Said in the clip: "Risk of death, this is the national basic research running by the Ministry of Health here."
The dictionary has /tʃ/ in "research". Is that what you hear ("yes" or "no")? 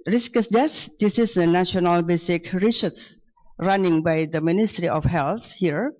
no